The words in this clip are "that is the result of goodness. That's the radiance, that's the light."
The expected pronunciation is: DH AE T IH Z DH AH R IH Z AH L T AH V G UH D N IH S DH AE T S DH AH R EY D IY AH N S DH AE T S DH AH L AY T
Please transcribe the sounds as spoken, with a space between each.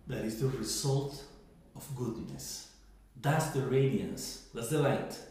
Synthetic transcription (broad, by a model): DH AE T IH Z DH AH R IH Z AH L T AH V G UH D N IH S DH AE T S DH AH R EY D IY AH N S DH AE T S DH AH L AY T